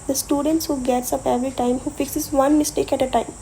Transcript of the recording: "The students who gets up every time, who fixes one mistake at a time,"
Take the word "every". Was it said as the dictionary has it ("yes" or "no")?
no